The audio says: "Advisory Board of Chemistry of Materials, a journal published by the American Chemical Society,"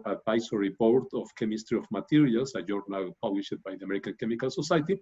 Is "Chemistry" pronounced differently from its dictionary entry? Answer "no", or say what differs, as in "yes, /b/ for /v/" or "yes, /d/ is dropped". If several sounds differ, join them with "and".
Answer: no